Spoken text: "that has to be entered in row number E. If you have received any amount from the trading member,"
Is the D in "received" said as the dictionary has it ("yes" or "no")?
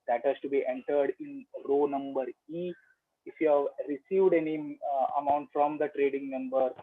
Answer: yes